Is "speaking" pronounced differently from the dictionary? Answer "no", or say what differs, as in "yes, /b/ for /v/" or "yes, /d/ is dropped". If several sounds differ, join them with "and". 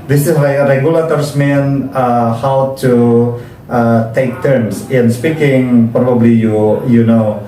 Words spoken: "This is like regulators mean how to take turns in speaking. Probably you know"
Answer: no